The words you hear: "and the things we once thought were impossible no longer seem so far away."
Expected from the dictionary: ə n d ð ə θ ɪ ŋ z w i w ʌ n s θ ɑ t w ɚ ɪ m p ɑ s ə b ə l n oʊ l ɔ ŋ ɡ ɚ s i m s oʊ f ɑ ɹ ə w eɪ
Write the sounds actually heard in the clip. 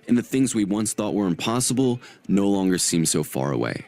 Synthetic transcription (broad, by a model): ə n ð ə θ ɪ ŋ z w i w ʌ n s θ ɑ t w ɚ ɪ m p ɑ s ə b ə l n oʊ l ɔ ŋ ɡ ɚ s i m s oʊ f ɑ ɹ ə w eɪ